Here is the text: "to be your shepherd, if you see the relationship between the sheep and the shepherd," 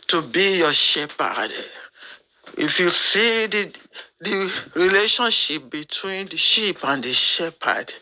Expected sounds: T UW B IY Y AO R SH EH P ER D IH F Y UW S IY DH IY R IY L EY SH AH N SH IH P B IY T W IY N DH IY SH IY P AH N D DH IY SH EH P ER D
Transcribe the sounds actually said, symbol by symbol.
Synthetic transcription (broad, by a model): T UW B IY Y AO SH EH P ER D IH F Y UW S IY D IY R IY L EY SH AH N SH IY P B IY T W IY N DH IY SH IY P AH N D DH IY SH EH P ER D